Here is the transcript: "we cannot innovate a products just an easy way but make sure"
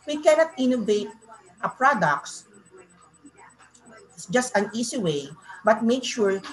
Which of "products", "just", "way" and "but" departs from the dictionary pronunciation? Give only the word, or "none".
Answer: products